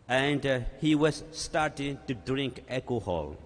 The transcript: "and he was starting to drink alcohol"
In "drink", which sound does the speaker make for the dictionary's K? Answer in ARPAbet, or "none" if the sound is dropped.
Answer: K